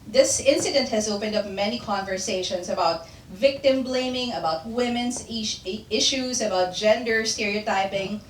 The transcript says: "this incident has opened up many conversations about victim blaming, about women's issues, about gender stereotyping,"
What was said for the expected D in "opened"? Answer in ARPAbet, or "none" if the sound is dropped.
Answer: D